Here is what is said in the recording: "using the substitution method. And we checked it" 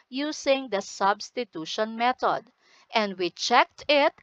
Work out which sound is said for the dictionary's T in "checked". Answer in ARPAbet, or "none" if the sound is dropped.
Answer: T